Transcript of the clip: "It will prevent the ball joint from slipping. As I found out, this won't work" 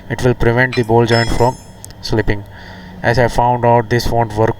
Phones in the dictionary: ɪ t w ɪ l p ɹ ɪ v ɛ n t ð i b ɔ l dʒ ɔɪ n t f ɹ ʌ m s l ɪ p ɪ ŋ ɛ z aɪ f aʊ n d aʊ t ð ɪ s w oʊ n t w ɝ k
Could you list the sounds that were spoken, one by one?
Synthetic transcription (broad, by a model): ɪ t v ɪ l p ɹ ɪ v ɛ n t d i b ɔ l dʒ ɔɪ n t f ɹ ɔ m s l ɪ p ɪ ŋ ɛ z aɪ f aʊ n d aʊ t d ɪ s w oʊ n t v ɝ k